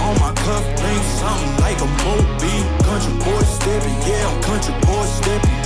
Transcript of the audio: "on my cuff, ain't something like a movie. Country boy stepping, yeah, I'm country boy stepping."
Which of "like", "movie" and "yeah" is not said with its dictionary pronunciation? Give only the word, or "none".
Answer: movie